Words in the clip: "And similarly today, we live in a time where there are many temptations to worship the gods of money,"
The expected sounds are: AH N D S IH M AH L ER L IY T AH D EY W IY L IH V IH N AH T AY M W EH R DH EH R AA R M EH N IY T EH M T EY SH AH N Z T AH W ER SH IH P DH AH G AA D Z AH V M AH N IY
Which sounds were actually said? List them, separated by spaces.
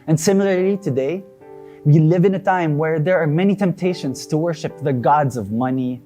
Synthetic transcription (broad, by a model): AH N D S IH M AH L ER L IY T AH D EY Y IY L IH V IH N AH T AY M W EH R DH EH R AA R M EH N IY T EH M T EY SH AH N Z T AH W ER SH IH P DH AH G AA D Z AH V M AH N IY